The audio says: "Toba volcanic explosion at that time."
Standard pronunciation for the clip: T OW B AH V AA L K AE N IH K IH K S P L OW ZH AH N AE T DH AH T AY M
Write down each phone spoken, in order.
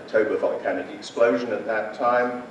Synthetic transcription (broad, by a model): T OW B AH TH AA N K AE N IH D IH K S P L OW ZH AH N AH T DH AH T AY M